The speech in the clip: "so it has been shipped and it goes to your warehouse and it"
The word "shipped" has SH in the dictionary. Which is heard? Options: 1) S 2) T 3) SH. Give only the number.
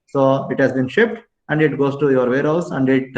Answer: 3